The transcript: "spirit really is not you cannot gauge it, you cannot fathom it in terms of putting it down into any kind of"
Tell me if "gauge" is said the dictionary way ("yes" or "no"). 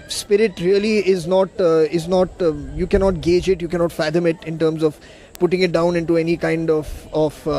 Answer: yes